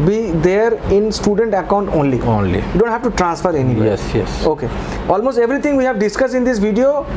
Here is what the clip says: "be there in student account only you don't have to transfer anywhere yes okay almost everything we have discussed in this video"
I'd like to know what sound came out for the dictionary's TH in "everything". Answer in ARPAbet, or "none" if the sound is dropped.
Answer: T